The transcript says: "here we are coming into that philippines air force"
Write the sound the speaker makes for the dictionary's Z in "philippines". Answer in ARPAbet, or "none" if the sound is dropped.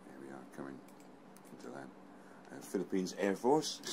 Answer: Z